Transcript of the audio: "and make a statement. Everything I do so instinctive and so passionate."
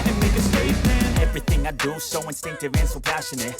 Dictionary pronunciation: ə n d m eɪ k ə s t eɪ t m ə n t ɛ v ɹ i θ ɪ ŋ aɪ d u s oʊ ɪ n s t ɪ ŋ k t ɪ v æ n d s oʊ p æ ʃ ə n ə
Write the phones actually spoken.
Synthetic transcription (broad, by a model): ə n m eɪ k ə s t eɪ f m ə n ɛ v ɹ i θ ɪ ŋ aɪ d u s oʊ ɪ n s t ɪ ŋ k t ɪ v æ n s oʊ p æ ʃ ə n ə